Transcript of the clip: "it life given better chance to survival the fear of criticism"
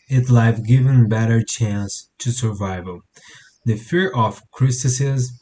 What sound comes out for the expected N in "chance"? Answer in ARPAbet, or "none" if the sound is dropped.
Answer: N